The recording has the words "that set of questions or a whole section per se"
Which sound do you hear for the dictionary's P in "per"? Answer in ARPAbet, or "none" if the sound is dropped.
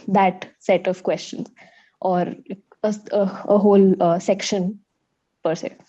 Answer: P